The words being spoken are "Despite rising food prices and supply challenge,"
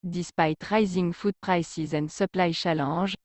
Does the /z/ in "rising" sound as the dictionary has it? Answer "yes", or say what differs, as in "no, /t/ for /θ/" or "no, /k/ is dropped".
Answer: yes